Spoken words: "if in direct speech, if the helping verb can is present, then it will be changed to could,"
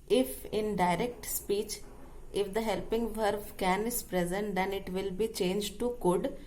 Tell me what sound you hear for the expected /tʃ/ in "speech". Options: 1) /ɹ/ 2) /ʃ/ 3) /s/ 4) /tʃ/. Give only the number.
4